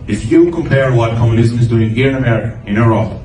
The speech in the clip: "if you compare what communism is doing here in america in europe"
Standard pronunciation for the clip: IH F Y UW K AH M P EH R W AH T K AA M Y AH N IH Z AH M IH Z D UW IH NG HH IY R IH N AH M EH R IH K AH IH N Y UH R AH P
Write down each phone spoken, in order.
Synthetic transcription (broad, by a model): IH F Y UW K AH M P EH R W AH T K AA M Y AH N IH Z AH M IH Z D UW IH NG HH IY R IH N AH M EH R IH K AH IH N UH R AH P